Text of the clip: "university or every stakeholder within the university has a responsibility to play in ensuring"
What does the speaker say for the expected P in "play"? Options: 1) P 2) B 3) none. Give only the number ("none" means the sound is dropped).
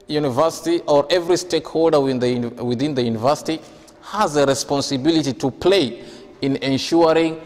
1